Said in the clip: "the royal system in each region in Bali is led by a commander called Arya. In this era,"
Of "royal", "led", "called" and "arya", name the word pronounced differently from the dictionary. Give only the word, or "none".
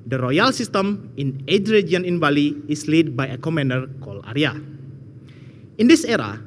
called